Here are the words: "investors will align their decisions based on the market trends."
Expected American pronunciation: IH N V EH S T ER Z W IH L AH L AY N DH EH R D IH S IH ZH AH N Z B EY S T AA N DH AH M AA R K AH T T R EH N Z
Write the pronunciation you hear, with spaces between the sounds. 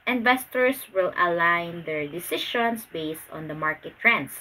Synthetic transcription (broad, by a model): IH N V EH S T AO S W IH L AH L AY N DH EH R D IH S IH SH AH N S B EY S T AA N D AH M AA R K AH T T R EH N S